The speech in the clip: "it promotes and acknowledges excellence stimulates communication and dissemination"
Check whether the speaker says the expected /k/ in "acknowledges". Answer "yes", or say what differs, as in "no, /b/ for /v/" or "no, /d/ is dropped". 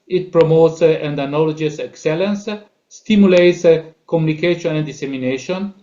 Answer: no, /k/ is dropped